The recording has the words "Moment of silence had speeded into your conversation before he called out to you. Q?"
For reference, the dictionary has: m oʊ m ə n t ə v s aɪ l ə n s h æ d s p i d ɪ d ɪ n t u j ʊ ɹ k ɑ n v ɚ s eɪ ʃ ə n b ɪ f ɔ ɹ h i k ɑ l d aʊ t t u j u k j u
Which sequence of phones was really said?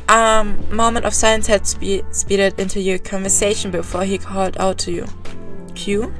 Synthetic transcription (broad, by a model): m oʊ m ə n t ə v s aɪ ə n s h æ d s p i d ɪ d ɪ n t u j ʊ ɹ k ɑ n v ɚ s eɪ ʃ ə n b ɪ f ɔ ɹ h i k ɑ l d aʊ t t u j u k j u